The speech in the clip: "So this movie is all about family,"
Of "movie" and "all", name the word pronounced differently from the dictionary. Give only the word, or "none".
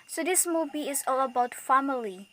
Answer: movie